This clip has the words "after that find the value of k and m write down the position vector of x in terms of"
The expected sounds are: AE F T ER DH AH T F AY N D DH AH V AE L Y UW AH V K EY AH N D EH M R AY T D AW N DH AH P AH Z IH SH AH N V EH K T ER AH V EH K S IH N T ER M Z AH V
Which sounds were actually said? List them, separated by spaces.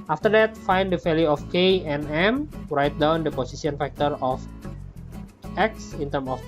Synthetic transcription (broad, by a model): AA F T ER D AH T F AY N D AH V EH L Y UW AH F K EY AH N EH M R AY T D AW N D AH P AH S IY S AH N F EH K T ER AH F EH K S IH N T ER M AH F